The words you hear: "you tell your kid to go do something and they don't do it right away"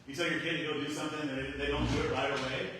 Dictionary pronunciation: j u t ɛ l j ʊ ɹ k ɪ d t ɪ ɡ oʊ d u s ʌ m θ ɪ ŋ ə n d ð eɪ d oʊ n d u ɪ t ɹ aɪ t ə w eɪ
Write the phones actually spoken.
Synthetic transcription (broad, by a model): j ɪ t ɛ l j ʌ ɹ k ɪ d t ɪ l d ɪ s ʌ m θ ɪ ŋ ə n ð ð eɪ d oʊ n d u ɪ t ɹ aɪ t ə w eɪ